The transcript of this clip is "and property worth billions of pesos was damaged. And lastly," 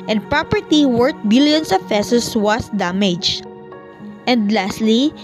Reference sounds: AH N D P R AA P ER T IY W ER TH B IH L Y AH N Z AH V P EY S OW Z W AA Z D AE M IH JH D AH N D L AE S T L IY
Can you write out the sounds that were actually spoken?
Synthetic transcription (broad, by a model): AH N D P R AA P ER T IY W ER T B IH L Y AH N S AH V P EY S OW S W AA S D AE M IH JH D AH N D L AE S T L IY